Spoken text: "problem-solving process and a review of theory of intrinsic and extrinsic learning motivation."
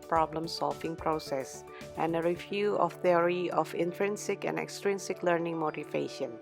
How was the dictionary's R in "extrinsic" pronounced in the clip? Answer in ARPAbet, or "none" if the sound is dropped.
R